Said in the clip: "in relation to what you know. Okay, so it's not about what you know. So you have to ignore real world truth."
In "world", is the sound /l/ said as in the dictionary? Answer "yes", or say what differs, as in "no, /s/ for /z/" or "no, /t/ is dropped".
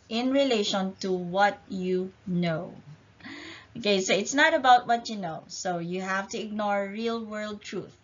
yes